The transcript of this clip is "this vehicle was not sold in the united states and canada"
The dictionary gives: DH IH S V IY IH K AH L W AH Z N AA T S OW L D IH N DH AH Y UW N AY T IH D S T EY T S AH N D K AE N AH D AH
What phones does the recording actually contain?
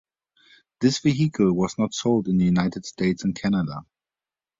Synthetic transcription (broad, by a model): DH IH S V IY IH K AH L W AH Z N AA T S OW L D IH N DH AH Y UW N AY T IH D S T EY T S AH N K AE N AH D AH